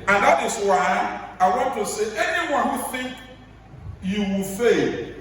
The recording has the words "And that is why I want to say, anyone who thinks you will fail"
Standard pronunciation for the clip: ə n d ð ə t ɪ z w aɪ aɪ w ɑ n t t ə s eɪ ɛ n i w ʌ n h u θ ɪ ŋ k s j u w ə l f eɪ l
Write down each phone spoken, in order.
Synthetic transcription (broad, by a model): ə n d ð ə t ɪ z w aɪ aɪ w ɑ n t t ə s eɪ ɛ n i w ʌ n h u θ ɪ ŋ k j u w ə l f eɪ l